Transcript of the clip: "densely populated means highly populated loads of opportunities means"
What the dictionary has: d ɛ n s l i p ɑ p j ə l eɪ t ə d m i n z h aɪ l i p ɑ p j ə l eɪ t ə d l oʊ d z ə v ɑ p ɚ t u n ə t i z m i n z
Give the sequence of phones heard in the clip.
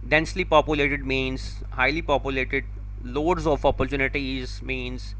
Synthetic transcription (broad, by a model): d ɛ n s l i p ɑ p j ə l eɪ t ə d m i n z h aɪ l i p ɑ p j ə l eɪ t ə d l oʊ d z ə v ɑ p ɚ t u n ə t i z m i n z